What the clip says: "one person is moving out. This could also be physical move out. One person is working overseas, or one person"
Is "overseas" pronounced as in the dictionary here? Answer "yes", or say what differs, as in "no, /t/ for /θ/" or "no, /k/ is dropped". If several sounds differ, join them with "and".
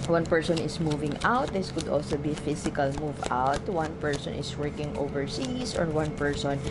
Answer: no, /s/ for /z/